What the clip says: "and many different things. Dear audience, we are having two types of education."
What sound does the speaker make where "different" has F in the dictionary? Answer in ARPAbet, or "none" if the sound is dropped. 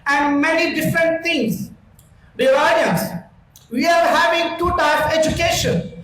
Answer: F